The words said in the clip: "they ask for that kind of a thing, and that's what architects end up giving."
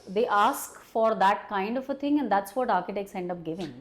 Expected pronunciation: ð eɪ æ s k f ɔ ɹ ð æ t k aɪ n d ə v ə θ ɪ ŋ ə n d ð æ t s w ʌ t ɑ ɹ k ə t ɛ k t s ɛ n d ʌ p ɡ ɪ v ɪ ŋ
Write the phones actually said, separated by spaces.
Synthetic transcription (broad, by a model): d eɪ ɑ s k f ɔ ɹ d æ t k aɪ n d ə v ə t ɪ ŋ ə n d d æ t s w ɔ t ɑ ɹ k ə t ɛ k s ɛ n d ʌ p ɡ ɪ v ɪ ŋ